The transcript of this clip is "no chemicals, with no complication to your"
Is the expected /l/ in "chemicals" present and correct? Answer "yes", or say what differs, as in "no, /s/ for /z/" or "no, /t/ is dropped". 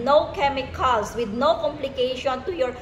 no, /l/ is dropped